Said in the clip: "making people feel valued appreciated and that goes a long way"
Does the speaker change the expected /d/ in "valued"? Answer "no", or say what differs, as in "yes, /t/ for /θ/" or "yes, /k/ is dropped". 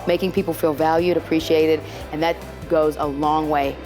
no